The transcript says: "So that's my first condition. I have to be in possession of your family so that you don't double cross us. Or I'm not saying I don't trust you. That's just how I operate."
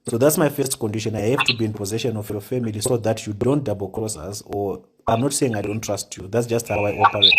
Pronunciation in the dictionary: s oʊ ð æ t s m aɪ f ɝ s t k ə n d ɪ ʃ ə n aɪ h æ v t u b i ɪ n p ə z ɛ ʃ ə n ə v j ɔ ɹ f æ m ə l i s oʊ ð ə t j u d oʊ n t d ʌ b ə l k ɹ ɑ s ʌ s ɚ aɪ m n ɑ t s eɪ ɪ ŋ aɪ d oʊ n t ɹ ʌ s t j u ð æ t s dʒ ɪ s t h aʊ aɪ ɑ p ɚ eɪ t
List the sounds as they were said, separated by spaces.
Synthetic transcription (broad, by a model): s oʊ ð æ t s m aɪ f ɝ s t k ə n d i ʃ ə n aɪ h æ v t u b i ɪ n p ə z ɛ ʃ ə n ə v j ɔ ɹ f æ m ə l i s oʊ ð ə t j u d oʊ n t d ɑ b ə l k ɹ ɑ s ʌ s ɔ aɪ m n ɑ t s eɪ ɪ ŋ aɪ d oʊ n t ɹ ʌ s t j u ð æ t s dʒ ɪ s t h aʊ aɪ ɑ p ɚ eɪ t